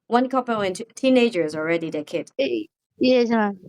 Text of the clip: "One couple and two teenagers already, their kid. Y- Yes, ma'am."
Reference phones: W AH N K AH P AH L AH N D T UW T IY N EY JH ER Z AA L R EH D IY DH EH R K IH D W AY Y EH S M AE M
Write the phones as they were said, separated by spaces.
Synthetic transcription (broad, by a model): W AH N K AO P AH W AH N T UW T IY N EY JH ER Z AA L R EH D IY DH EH K IH D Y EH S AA